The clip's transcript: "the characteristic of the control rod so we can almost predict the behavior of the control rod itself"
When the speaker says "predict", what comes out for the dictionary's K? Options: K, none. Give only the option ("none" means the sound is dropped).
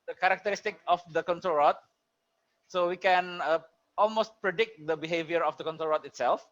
K